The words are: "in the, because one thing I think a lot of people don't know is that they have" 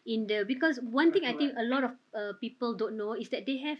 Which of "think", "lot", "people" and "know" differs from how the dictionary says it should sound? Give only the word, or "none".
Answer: think